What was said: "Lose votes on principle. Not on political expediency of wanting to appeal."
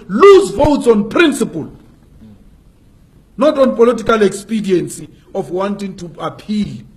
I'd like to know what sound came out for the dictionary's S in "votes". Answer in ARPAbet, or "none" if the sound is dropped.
S